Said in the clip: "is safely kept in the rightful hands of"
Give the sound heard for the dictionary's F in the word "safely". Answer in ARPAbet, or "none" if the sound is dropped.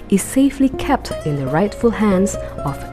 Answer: F